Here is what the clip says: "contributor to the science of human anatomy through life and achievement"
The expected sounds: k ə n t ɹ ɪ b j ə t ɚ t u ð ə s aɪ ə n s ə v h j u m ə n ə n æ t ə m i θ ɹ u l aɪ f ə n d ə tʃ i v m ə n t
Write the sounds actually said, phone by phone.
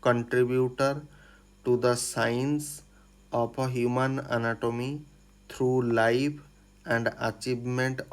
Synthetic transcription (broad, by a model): k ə n t ɹ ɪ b j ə t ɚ t u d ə s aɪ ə n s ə p h j u m ə n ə n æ t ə m i t ɹ u l aɪ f ə n d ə tʃ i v m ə n t